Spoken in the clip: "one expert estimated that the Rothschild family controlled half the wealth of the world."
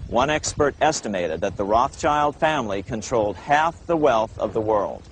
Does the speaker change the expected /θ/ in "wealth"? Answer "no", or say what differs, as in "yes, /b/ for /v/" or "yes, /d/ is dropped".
no